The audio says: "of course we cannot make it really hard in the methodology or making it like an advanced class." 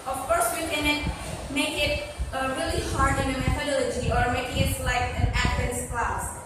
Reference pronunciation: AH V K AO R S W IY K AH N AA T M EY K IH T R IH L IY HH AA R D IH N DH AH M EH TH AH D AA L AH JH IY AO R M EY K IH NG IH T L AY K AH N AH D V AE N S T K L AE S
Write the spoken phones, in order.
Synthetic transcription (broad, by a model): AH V K AO R S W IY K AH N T M EY K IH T R IH L IY HH AA R D IH N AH M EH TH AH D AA L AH JH IY AO R M EY IH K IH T L AY K AH N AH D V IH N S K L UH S